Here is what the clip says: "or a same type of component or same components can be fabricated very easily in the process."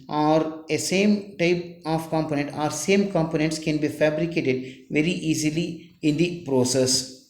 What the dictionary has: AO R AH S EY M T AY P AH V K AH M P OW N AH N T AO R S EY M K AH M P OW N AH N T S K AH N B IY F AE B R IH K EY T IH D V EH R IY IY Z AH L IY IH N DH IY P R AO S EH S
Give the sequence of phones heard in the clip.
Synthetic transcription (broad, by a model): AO R AH S EY M T AY P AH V K AH M P OW N AH N T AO R S EY M K AH M P OW N AH N T S K AH N B IY F AE B R IH K EY T IH D V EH R IY IY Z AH L IY IH N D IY P R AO S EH S